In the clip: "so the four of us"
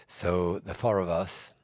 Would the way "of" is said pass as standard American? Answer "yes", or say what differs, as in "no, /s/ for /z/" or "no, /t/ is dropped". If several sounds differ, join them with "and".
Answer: yes